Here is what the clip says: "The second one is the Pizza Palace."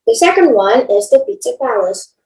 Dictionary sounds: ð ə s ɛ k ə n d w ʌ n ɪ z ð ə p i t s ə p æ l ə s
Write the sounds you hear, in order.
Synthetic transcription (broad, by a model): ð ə s ɛ k ə n d w ʌ n ɪ z ð ə f i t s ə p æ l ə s